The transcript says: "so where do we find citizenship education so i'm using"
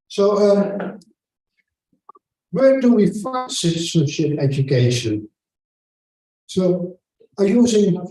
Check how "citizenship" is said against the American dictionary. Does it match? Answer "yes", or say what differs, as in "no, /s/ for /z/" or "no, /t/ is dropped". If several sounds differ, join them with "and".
no, /n/ is dropped